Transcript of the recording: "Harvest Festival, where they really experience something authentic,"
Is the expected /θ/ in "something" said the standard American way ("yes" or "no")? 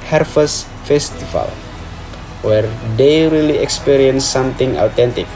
no